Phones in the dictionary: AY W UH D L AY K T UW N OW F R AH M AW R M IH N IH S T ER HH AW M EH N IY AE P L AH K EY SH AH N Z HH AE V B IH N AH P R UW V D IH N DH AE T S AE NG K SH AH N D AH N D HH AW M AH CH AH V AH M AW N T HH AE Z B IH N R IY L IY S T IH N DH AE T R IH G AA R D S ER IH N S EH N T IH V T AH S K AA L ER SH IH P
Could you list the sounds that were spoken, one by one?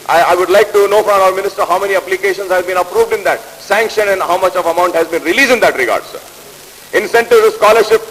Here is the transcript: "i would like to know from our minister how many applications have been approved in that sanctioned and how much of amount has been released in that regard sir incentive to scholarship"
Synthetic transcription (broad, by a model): AY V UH D L AY K T UW N OW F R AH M AW R M IH N IH S T ER HH AW M EH N IY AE P L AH K EY SH AH N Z HH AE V B IH N AH P R UW V D IH N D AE T S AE NG K SH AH N AH N D HH AW M AH CH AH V AH M AW N T HH AE Z B IH N R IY L IY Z IH N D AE T R IH G AA R D S ER IH N S EH N T IH V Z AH S K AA L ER SH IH P